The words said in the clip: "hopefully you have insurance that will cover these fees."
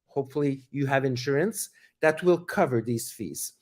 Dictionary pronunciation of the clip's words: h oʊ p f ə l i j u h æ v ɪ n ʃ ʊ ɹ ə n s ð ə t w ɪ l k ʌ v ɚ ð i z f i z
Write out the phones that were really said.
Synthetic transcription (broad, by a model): h oʊ p f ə l i j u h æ v ɪ n ʃ ʊ ɹ ə n s ð ə t w ɪ l k ʌ v ɚ ð i z f i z